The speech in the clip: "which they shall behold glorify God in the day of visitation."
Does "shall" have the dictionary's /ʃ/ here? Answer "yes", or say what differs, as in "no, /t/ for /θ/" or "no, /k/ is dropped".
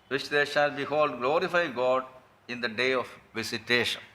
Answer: yes